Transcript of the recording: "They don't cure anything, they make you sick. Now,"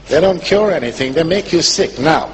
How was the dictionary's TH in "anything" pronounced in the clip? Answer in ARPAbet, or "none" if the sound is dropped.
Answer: TH